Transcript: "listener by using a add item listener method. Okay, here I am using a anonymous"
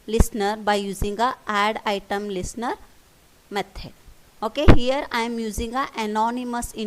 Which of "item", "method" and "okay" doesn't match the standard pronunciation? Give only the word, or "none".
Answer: method